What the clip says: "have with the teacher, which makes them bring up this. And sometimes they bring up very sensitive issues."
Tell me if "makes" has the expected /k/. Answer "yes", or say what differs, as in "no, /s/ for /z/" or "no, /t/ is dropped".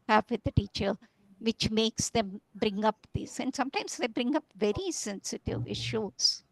yes